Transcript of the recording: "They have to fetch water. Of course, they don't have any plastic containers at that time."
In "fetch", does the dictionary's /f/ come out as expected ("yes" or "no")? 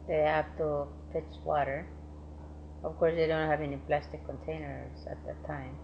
no